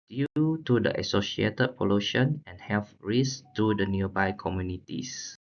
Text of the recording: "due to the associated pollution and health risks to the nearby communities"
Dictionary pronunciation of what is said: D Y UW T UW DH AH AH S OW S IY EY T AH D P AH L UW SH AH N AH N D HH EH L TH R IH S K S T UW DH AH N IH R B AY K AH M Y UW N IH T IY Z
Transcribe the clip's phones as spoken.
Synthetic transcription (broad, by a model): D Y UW T UW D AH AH S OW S IY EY T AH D P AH L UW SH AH N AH N HH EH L F R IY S S T UW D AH N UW B AY K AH M Y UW N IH T IY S